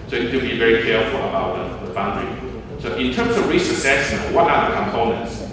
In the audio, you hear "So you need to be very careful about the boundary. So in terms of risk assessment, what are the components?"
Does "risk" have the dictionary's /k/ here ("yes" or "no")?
no